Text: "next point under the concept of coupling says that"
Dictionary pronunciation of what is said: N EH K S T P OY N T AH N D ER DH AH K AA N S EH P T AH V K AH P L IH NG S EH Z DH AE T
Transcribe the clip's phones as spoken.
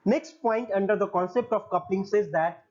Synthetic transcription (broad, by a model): N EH K S T P OY N T AH N D ER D AH K AA N S EH P T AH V K AH P L IH NG S EH Z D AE T